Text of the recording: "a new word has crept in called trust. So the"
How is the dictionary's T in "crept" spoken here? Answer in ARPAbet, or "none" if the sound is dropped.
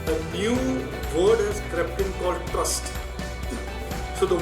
T